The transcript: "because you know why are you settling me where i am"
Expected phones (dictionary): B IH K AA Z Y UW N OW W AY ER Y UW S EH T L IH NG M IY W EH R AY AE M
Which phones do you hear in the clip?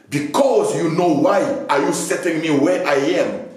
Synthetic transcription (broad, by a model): B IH K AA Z Y UW N OW W AY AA Y UW S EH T IH NG M IY W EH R AY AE M